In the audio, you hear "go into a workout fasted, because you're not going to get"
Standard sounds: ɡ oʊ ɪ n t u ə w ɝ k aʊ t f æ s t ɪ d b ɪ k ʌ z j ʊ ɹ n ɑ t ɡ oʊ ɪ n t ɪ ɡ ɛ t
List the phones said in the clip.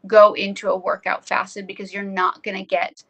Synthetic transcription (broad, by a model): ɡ oʊ ɪ n t u ə w ɝ k aʊ t f æ s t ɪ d b ɪ k ʌ z j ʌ ɹ n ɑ t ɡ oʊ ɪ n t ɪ ɡ ɛ t